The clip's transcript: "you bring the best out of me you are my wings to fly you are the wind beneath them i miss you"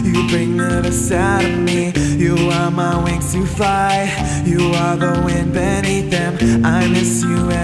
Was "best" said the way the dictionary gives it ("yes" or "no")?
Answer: no